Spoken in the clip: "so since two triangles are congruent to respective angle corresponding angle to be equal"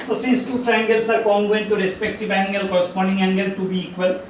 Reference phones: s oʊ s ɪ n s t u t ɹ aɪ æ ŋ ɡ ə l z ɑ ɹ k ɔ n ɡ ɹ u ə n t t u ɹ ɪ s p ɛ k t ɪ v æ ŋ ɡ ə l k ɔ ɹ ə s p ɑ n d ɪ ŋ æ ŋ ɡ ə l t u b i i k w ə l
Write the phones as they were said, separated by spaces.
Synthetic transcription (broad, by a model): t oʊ s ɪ n s t u t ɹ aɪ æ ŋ ɡ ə l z ɑ ɹ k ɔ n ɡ u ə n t t u ɹ ɪ s p ɛ k t ɪ v æ ŋ ɡ ə l k ɔ ɹ ə s p ɑ n d ɪ ŋ æ ŋ ɡ ə l t u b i i k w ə l